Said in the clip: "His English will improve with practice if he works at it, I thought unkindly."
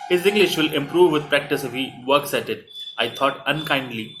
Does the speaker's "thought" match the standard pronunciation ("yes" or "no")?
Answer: no